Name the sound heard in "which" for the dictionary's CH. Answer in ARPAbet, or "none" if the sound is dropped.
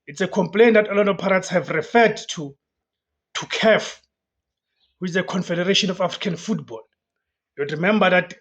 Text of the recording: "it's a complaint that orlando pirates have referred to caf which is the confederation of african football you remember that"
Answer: none